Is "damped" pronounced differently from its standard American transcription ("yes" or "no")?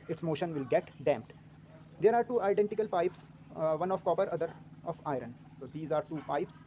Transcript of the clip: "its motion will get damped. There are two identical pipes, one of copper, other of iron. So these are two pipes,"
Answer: no